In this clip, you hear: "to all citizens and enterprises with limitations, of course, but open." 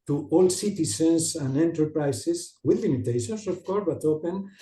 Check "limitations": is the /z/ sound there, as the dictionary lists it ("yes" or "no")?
no